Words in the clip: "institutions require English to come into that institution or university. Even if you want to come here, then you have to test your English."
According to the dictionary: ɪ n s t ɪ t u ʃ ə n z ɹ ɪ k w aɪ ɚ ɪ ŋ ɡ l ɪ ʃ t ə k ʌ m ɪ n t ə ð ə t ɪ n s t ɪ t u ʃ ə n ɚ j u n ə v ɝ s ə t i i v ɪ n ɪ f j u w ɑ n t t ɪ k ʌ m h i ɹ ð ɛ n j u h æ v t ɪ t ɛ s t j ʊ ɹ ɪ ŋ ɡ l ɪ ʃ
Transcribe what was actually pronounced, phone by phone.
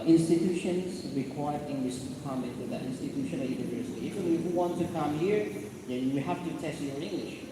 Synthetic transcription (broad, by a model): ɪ n s t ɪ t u ʃ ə n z ɹ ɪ k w aɪ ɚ ɪ ŋ ɡ l ɪ ʃ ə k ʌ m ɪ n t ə ð ə t ɪ n s t ɪ t u ʃ ə n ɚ j u n ə v ɝ s ə t i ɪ f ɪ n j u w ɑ n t t ɪ k ʌ m h i ɹ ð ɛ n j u h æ f t ɪ t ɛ s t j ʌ ɹ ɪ ŋ ɡ l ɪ ʃ